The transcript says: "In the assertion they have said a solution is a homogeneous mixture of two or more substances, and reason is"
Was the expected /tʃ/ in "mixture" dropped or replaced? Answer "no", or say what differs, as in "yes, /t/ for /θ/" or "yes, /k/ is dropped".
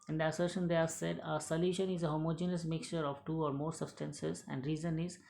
no